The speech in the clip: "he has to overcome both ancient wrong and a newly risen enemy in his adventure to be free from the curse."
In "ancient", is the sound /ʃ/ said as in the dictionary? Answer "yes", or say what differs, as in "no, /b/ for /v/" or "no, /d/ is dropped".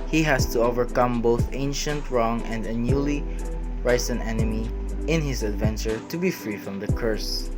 yes